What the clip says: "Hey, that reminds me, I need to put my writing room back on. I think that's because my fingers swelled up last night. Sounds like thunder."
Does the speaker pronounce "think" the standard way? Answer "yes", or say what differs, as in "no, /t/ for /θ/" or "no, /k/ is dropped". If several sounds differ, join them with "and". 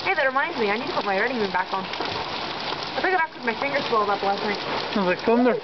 no, /ŋ/ is dropped